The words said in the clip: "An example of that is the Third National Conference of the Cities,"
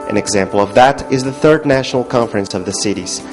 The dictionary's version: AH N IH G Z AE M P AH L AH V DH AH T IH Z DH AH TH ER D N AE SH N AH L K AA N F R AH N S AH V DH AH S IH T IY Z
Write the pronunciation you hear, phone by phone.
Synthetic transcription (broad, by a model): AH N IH G Z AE M P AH L AH V DH AH T IH Z DH AH TH ER D N AE SH N L K AA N F R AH N S AH V DH AH S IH T IY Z